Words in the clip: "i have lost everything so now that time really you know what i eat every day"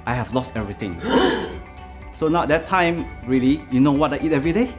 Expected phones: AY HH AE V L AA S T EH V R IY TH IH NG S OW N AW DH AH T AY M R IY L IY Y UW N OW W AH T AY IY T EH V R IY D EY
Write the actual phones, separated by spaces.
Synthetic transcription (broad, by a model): AY HH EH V L AA S T EH V R IY T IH NG S OW N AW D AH T AY M R IY L IY Y UW N OW W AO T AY IY T EH V R IY D EY